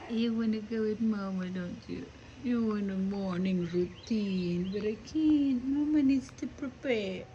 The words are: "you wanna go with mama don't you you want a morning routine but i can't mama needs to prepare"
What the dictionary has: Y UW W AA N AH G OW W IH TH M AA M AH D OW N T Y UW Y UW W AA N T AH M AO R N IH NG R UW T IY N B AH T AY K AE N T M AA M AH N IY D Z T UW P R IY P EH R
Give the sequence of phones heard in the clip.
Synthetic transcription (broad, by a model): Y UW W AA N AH G OW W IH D M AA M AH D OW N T Y UW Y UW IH N AH M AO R N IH NG R UW T IY N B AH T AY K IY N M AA M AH N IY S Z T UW P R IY P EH